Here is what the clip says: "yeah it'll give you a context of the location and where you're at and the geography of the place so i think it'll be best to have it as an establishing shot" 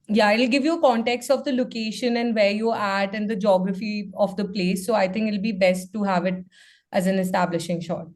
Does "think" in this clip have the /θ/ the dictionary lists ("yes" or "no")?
no